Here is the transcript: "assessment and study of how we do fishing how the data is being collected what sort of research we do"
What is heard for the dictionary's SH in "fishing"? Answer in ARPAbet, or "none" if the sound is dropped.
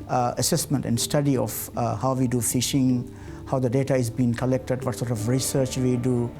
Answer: SH